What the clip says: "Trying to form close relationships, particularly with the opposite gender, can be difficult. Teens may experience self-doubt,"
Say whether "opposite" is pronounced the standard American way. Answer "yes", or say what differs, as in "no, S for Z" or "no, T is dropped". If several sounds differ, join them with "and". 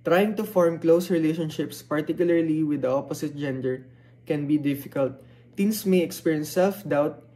no, S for Z